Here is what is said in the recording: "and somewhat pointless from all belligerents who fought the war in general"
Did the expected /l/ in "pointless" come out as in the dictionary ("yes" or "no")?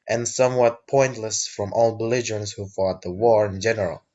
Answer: yes